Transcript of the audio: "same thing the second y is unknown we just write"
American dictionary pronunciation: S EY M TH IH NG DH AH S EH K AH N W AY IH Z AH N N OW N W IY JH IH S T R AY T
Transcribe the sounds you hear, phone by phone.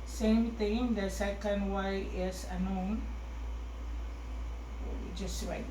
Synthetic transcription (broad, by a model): S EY M T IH NG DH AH S EH K AH N W AY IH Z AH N N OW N W IY JH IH S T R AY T